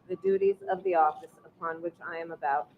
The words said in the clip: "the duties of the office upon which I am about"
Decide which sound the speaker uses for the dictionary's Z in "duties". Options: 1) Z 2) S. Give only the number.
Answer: 1